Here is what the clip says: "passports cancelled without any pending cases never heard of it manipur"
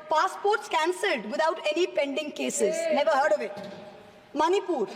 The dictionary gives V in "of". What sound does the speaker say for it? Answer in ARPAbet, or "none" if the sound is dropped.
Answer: V